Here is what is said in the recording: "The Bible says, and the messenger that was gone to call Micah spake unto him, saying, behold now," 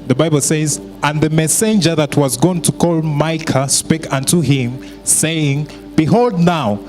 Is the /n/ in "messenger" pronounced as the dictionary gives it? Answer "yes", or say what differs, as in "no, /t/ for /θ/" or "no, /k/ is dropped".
yes